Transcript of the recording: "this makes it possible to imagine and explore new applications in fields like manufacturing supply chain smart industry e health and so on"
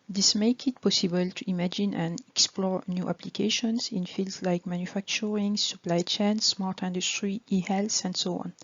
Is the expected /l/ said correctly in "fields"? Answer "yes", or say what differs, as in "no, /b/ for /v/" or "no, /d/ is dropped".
yes